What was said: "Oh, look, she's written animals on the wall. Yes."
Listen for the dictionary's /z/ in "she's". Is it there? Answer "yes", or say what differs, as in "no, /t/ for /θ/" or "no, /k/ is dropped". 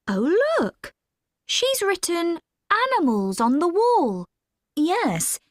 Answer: yes